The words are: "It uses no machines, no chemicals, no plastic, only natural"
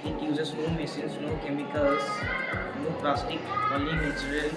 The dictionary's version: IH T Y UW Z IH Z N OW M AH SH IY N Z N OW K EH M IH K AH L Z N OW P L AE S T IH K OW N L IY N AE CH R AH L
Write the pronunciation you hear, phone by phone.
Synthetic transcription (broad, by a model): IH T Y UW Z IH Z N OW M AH S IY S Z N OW K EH M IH K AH L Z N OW P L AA S T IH K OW L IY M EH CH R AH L